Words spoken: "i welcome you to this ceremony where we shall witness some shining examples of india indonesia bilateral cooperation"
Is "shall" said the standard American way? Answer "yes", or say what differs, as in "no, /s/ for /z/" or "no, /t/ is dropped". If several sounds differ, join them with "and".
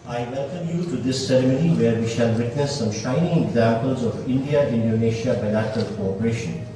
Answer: yes